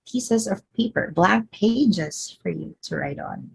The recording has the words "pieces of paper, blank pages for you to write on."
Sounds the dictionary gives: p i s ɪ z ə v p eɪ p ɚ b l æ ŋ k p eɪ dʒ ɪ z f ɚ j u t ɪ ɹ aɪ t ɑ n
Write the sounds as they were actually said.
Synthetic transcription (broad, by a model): p i s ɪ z ə v p eɪ p ɚ b l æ k p eɪ dʒ ɪ z f ɚ j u t ɪ ɹ aɪ t n